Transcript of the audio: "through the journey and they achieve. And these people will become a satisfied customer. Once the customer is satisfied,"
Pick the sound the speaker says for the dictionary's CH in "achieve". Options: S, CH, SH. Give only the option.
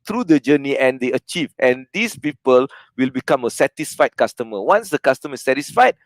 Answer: CH